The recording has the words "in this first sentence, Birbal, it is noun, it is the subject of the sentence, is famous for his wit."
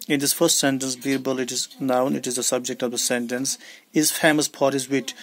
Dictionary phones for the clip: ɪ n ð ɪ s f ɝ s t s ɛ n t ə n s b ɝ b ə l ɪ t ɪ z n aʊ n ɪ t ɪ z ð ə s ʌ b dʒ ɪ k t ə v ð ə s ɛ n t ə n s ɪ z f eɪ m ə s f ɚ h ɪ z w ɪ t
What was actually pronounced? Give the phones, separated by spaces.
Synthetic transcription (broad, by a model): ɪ n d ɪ s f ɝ s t s ɛ n t ə n s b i b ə l ɪ t ɪ z n aʊ n ɪ t ɪ z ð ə s ʌ b dʒ ɪ k t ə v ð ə s ɛ n t ə n s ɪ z f eɪ m ə s p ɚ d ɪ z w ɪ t